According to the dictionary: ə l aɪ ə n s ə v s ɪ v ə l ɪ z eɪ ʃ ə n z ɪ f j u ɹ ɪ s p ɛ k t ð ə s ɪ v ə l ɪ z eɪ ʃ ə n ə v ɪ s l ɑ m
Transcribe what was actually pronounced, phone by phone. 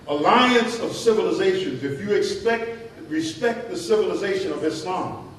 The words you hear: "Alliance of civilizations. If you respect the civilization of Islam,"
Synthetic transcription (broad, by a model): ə l aɪ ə n s ə v s ɪ v ə l ɪ z eɪ ʃ ə n z ɪ f j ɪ ɹ ɪ s p ɛ k t ð ə s ɪ v ə l ɪ z eɪ ʃ ə n ə v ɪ s l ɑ m